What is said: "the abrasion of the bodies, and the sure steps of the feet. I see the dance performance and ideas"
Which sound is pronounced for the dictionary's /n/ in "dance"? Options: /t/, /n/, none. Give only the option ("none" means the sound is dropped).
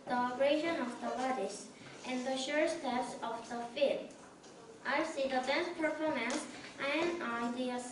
none